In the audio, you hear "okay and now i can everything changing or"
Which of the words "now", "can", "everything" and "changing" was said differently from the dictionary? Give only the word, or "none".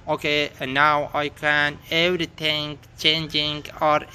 everything